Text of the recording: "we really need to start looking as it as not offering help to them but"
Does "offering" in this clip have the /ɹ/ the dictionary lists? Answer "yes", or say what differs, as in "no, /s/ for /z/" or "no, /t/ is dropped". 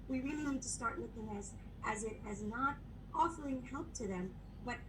no, /l/ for /ɹ/